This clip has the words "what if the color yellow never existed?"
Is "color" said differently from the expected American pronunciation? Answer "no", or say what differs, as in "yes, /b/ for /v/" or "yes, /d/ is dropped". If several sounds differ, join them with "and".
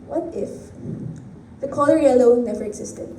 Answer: no